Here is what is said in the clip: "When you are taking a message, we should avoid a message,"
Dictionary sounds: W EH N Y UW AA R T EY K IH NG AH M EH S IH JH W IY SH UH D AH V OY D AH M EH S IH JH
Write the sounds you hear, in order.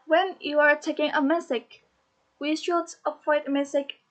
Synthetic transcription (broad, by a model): W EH N Y UW AA R T EY K IH NG AH M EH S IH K W IY SH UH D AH P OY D AH M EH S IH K